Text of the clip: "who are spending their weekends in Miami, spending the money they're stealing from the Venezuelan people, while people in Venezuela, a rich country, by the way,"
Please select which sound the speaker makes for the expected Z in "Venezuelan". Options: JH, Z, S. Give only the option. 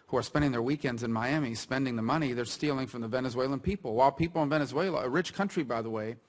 Z